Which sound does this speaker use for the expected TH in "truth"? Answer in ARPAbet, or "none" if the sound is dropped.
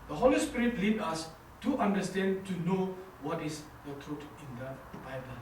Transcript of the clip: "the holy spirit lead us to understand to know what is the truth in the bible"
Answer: T